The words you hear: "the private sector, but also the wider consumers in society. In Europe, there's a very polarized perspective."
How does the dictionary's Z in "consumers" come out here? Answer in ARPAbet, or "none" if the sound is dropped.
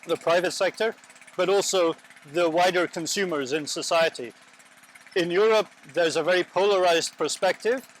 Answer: Z